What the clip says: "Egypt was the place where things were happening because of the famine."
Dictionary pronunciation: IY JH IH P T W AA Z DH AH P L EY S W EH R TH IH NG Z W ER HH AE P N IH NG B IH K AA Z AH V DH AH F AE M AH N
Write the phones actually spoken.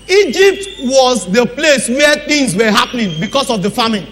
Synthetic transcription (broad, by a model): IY JH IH P T W AA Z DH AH P L EY S W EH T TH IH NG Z W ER HH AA P N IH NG B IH K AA S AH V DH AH F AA M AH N